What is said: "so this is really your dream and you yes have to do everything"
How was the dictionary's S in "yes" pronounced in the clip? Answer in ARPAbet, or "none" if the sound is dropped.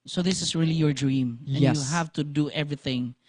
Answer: none